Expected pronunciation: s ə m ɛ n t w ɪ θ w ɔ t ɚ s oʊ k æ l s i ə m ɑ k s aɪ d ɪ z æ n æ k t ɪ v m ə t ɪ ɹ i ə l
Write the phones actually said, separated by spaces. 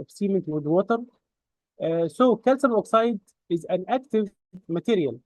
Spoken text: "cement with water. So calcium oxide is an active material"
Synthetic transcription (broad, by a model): s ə m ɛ n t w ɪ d w ɔ t ɚ s oʊ k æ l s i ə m ɑ k s aɪ d ɪ z æ n æ k t ɪ v m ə t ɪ ɹ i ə l